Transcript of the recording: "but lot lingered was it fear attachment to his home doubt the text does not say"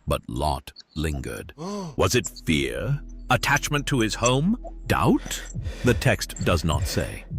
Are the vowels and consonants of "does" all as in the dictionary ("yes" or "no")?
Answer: yes